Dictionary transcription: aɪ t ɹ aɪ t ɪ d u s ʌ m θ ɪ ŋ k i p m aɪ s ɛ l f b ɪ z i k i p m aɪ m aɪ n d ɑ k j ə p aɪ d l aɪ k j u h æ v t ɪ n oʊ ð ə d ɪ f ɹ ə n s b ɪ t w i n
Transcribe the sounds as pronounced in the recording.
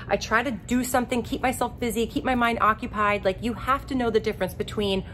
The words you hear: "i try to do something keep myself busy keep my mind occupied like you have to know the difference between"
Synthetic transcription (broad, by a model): aɪ t ɹ aɪ t ɪ d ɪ s ʌ m θ ɪ ŋ k i p m aɪ s ɛ l f b ɪ z i k i p m aɪ m aɪ n d ɑ k j ə p aɪ d l aɪ k j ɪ h æ f t ɪ n oʊ ð ə d ɪ f ɹ ə n s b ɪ t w i n